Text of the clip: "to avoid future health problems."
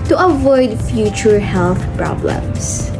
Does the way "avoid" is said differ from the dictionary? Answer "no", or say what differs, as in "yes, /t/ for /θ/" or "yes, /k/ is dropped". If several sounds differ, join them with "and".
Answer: no